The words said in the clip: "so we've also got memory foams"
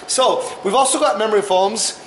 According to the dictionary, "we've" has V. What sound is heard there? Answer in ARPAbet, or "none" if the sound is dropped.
V